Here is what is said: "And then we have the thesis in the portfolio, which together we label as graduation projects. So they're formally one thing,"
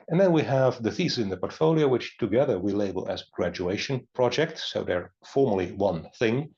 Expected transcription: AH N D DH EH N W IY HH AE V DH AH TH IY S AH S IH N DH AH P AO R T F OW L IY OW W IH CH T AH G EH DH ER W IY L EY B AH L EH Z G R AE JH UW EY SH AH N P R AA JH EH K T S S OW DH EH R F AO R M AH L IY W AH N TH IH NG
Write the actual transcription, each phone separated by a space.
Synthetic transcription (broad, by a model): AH N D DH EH N W IY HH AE V DH AH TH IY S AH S IH N DH AH P AO R T F OW L IY OW W IH CH T AH G EH DH ER W IY L EY B AH L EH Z G R AE JH UW EY SH AH N P R AA JH EH K T S S OW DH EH R F AO R M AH L IY W AH N TH IH NG